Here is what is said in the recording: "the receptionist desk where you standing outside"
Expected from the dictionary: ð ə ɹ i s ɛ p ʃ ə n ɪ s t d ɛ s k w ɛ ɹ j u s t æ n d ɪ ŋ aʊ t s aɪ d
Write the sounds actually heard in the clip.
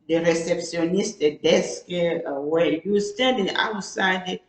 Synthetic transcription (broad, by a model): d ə ɹ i s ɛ p s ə n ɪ s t d ɛ s k w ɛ j u s t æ n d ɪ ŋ aʊ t s aɪ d